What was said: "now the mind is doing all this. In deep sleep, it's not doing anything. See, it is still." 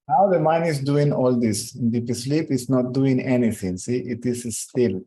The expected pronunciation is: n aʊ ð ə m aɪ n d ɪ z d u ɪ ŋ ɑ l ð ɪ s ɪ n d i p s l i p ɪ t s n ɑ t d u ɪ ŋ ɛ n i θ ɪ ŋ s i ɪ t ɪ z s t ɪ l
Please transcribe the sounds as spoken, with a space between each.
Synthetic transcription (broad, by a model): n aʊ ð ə m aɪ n ɪ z d u ɪ ŋ ɑ l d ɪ s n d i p s l i p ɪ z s n ɑ t d u ɪ ŋ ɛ n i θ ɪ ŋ s i ɪ t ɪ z s t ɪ l